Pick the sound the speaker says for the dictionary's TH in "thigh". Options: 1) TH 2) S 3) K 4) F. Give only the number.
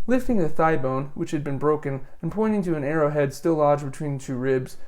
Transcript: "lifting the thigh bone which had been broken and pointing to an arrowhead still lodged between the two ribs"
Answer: 1